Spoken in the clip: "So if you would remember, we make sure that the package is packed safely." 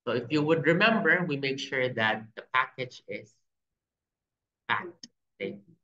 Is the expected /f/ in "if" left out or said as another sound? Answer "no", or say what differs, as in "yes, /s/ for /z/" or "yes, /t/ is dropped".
no